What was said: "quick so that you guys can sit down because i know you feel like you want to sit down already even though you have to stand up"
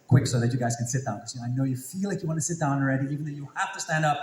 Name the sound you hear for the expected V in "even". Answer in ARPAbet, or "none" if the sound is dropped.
V